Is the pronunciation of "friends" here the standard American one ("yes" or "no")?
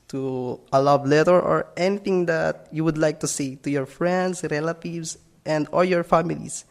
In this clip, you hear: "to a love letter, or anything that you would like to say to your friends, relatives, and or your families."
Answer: no